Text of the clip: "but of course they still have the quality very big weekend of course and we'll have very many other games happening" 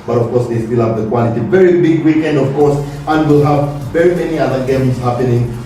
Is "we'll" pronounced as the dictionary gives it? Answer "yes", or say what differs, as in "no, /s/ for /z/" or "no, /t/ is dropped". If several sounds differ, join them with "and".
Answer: yes